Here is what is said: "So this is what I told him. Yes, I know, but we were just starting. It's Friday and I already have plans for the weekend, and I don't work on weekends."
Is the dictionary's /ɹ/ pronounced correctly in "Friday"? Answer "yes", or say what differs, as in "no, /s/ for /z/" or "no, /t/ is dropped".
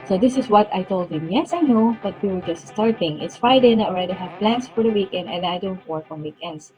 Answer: no, /ɹ/ is dropped